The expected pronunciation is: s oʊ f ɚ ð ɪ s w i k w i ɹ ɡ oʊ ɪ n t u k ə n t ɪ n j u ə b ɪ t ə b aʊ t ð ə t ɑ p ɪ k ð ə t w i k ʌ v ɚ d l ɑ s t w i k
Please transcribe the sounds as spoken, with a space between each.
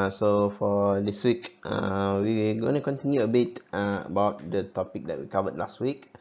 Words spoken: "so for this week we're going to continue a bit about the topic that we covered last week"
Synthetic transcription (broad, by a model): s oʊ f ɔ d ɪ s w i k w i w ɡ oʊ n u k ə n t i n j u ə b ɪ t ə b aʊ t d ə t ɑ p ɪ k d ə t w i k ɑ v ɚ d l ɑ s t w i k